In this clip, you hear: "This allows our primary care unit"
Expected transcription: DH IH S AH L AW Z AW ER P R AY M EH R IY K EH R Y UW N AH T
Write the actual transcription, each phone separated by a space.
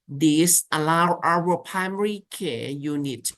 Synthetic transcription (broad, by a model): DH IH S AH L AW AW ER P R AY M EH R IY K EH Y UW N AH T